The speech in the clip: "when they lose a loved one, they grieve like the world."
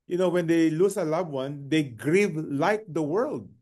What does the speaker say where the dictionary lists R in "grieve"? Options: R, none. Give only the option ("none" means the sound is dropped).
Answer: R